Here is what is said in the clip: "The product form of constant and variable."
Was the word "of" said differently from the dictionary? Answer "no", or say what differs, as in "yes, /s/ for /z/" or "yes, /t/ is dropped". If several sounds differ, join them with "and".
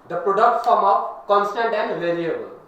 yes, /p/ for /v/